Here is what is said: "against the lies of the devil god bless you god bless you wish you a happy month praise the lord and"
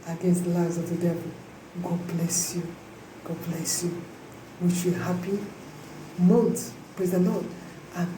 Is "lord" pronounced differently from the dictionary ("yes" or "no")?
yes